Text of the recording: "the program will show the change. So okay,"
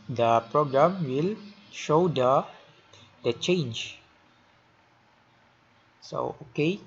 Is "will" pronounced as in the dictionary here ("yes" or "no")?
yes